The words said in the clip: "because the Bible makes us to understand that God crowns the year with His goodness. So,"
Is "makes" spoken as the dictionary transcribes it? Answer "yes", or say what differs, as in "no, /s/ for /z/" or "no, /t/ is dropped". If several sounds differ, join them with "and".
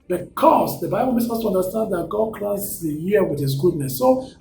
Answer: no, /k/ is dropped